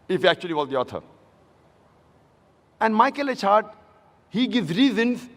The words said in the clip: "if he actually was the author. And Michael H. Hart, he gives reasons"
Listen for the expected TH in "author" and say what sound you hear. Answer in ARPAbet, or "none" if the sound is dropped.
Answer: T